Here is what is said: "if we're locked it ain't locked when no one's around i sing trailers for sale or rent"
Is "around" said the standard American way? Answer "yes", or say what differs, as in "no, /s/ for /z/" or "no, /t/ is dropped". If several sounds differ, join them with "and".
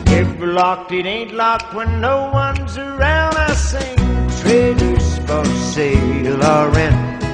yes